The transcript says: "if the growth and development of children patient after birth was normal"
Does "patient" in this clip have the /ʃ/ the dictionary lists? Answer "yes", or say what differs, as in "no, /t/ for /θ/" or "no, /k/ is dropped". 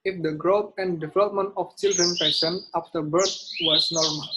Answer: no, /s/ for /ʃ/